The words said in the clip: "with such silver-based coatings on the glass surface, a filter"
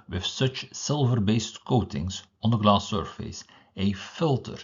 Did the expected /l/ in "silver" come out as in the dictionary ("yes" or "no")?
yes